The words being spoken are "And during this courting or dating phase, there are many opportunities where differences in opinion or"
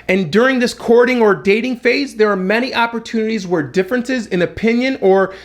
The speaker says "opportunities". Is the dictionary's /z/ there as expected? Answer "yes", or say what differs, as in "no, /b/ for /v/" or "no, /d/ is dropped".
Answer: yes